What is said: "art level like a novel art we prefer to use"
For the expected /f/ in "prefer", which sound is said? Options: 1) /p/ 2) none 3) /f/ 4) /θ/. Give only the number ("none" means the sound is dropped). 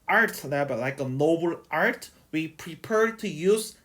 1